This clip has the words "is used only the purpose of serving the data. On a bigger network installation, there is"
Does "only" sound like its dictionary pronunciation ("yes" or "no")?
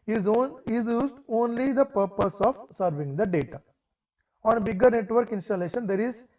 yes